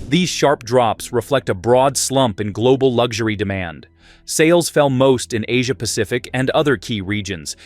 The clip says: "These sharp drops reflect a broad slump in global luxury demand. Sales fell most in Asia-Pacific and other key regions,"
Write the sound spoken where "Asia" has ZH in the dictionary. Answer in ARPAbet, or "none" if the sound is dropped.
ZH